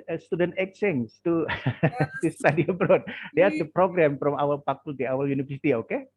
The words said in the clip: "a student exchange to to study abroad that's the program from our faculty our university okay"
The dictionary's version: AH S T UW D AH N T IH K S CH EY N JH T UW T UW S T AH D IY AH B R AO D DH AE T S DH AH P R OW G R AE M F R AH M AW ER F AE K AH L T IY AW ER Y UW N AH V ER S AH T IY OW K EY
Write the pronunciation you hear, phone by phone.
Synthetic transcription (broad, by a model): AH S T UW D AH N T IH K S EY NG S T UW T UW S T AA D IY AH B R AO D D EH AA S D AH P R OW G R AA M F R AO M AW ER P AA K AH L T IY AW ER Y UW N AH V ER S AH T IY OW K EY